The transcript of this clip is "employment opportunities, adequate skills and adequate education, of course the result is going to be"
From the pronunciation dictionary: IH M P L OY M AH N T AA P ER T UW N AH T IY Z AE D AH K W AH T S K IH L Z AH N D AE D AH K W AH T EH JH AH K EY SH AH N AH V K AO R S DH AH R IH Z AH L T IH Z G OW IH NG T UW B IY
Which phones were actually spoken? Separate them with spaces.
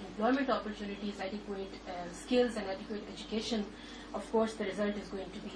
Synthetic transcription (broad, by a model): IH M P L OY M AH N T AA P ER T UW N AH T IY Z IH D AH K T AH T S K IH L Z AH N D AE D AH K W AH T EH JH AH K EY SH AH N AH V K AO R S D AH R IH Z AH L T IH Z G OW IH NG T UW B IY